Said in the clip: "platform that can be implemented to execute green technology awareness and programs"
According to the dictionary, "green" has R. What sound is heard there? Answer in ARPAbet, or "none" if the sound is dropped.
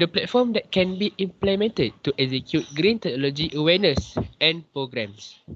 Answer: R